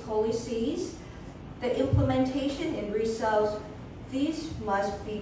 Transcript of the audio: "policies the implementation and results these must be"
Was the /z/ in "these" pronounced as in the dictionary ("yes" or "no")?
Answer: yes